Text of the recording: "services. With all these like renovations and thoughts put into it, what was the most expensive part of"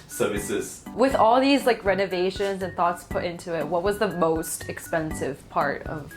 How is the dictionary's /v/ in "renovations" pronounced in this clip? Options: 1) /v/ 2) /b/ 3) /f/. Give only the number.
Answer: 1